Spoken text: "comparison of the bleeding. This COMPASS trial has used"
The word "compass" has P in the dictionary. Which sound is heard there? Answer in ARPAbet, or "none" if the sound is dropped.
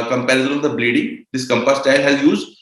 P